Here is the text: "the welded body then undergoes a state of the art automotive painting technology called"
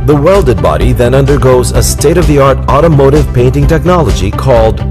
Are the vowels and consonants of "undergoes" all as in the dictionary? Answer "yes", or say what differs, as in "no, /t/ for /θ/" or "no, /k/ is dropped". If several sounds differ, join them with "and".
yes